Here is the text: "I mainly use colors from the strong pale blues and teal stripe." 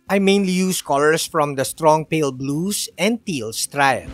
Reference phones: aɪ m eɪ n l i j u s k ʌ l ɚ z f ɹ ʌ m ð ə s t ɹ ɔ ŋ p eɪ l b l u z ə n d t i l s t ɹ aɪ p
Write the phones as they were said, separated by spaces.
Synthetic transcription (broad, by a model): aɪ m eɪ n l i j u s k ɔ l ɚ s f ɹ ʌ m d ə s t ɹ ɔ ŋ p eɪ l b l u s ə n d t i l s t ɹ aɪ